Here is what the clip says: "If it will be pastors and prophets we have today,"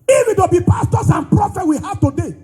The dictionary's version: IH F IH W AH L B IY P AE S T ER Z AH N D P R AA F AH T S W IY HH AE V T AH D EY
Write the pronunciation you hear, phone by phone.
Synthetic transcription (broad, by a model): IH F IH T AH B IY P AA S T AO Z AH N P R AA F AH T W IY HH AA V T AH D EY